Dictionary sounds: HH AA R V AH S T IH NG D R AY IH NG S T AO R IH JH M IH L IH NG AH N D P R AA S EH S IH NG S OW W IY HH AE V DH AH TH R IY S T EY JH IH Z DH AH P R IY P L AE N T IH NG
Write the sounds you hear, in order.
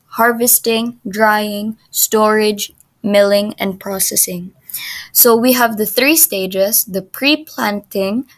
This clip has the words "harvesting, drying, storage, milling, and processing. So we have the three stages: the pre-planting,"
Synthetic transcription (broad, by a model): HH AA R V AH S T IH NG D R AY IH NG S T AO R IH JH M IH L IH NG AH N D P R AA S EH S IH NG S OW W IY HH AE V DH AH TH R IY S T EY JH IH S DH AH P R IY P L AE N T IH NG